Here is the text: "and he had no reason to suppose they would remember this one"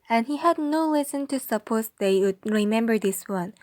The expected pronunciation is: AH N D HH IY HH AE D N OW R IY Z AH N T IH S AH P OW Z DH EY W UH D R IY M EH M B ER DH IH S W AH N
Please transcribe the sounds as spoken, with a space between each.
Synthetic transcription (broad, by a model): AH N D HH IY HH AE D N OW L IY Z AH N T IH S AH P OW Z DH EY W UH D R IY M EH M B ER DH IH S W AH N